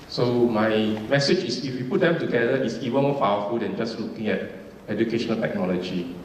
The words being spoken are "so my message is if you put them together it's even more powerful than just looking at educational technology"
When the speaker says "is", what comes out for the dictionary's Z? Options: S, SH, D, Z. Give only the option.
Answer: S